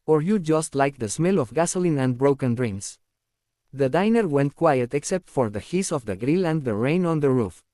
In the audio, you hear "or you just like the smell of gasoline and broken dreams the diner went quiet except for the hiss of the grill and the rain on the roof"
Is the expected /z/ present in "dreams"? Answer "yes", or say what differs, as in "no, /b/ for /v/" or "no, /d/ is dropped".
no, /s/ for /z/